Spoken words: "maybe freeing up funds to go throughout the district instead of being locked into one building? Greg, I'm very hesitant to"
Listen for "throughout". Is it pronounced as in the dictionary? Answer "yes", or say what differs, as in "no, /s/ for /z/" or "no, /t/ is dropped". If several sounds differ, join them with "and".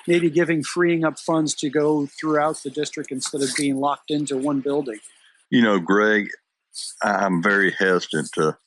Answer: yes